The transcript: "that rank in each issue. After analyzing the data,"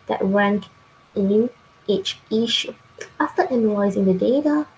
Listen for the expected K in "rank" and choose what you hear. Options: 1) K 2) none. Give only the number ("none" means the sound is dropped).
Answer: 1